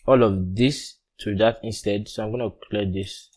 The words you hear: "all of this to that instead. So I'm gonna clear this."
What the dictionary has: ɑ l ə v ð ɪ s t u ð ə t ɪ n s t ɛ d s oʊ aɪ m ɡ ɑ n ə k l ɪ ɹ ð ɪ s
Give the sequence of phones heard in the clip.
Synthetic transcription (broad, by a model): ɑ l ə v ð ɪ s t u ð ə t ɪ n s t ɛ d s oʊ aɪ m ɡ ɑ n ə k l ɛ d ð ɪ s